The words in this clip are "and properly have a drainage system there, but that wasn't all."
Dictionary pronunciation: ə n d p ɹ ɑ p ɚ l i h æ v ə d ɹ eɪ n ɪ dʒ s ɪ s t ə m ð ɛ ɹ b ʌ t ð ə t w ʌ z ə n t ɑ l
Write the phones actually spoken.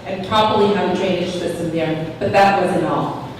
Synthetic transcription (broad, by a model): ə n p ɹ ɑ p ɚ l i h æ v ə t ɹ eɪ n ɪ ʃ s ɪ s t ə m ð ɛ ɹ b ʌ t ð ə t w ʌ z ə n ɑ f